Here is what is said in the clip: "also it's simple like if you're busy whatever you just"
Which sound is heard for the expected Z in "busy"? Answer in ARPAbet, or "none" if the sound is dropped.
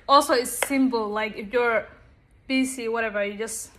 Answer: S